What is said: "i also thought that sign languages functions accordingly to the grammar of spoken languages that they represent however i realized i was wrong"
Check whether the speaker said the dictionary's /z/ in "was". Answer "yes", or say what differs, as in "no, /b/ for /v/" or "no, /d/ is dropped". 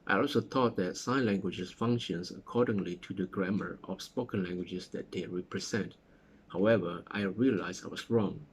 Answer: no, /s/ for /z/